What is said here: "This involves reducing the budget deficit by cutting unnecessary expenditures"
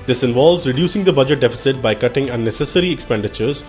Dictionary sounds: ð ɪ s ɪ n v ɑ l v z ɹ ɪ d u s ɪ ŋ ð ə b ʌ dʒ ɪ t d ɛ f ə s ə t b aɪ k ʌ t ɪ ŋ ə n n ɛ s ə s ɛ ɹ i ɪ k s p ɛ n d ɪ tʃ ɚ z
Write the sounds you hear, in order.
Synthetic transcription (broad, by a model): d ɪ s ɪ n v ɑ l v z ɹ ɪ d u s ɪ ŋ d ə b ʌ dʒ ɪ t d ɛ f ə s ə t b aɪ k ʌ t ɪ ŋ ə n n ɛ s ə s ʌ ɹ i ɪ k s p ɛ n d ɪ tʃ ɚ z